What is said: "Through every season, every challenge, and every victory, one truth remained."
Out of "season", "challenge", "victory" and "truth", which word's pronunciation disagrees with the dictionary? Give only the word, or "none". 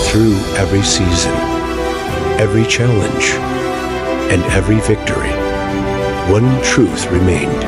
none